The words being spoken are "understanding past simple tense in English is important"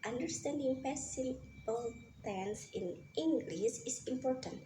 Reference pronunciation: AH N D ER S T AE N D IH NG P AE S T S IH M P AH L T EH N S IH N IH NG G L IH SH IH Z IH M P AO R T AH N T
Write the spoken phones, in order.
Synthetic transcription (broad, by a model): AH N D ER S T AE N D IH NG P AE S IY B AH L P L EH N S IH N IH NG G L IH S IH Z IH M P AO R T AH N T